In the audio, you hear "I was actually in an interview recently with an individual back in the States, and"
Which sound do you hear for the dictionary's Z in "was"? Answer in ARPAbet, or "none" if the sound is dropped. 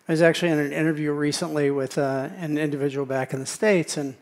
Z